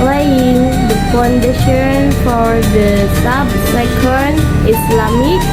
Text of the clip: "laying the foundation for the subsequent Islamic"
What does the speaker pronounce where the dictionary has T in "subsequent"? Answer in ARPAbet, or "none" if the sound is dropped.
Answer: none